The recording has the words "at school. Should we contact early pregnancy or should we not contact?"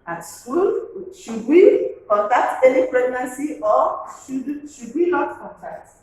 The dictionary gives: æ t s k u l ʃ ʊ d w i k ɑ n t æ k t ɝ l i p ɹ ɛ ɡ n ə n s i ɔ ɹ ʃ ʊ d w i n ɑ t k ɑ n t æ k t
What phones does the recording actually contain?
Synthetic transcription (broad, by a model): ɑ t s k u l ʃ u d w i k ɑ n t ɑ k t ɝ n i p ɹ ɛ ɡ n ə n s i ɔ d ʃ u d w i n ɑ t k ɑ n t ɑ k t